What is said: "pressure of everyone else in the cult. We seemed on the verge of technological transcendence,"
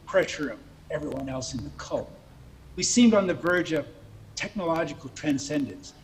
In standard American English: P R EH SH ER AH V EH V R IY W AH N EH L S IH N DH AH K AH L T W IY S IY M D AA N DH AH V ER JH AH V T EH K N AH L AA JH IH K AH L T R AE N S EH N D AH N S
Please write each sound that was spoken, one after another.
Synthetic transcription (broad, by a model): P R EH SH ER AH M EH V R IY W AH N EH L S IH N DH AH K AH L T W IY S IY M D N DH AH V ER JH AH V T EH K N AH L AA JH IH K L T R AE N S EH N D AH N S